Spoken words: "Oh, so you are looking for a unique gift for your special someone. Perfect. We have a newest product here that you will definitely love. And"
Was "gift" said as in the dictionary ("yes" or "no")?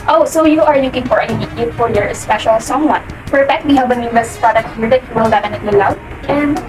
no